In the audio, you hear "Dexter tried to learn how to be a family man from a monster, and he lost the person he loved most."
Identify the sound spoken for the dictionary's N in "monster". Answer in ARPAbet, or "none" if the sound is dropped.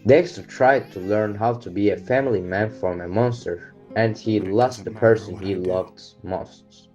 N